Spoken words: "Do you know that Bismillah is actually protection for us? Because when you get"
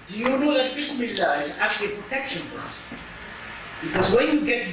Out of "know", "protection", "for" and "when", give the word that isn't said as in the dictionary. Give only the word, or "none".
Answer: for